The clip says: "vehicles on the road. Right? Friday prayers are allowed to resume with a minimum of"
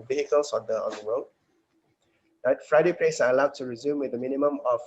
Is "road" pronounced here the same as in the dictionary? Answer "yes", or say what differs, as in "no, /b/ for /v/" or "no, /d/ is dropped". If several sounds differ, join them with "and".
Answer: no, /w/ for /ɹ/